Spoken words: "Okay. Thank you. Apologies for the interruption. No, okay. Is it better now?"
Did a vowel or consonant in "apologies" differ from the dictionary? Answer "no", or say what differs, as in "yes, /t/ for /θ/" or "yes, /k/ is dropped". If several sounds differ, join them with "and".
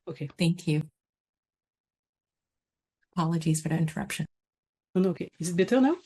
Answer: no